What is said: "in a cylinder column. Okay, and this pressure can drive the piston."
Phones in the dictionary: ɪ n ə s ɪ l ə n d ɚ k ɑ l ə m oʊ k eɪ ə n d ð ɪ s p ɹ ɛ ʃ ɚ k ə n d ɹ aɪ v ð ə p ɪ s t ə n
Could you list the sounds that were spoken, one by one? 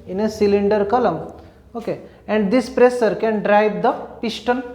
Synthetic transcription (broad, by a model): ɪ n ə s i l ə n d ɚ k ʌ l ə m oʊ k eɪ ə n d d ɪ s p ɹ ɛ s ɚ k ə n d ɹ aɪ v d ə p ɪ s t ə n